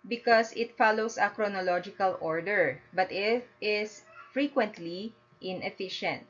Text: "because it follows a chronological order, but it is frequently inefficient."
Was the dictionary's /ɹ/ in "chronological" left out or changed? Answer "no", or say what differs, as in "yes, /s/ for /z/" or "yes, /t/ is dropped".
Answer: no